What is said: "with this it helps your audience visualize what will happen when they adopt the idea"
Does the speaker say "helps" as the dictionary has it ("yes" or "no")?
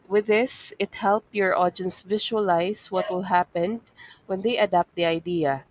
no